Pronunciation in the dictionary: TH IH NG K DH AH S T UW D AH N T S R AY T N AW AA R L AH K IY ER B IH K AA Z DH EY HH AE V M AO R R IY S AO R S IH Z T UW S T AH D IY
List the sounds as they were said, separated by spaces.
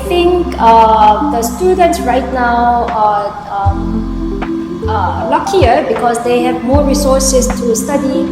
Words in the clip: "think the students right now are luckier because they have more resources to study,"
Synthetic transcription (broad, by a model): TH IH NG K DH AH S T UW D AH N T S R AY T N AW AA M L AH K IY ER B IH K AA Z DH EY HH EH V M AO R R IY S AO S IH S T UW S T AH D IY